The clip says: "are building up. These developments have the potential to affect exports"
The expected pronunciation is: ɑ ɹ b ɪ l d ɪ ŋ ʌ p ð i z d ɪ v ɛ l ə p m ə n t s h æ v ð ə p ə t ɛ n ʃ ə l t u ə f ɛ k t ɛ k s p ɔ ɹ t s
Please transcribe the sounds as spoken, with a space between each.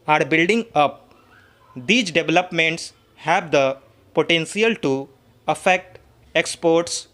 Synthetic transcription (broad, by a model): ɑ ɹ b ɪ l d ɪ ŋ ʌ p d i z d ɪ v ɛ l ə p m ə n t s h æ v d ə p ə t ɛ n s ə l t u ə f ɛ k t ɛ k s p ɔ ɹ t s